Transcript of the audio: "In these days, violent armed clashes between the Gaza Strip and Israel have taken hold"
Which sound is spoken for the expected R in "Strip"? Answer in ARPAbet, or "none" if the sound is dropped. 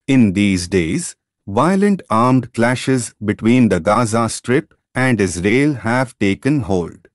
R